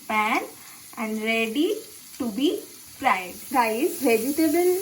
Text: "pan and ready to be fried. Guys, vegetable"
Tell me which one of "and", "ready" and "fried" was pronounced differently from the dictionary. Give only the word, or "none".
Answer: fried